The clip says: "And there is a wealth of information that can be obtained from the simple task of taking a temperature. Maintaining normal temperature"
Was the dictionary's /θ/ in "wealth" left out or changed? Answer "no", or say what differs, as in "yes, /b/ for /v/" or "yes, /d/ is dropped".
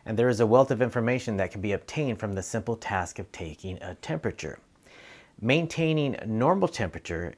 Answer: no